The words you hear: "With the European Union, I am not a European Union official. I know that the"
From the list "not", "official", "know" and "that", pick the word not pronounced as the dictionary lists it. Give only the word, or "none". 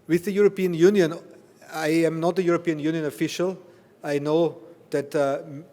none